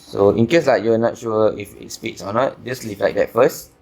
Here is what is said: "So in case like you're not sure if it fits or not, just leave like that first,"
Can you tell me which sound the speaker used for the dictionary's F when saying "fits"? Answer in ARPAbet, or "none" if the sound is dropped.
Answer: P